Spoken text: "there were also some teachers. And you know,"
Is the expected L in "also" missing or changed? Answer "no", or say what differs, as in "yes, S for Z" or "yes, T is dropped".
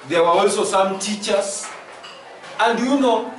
no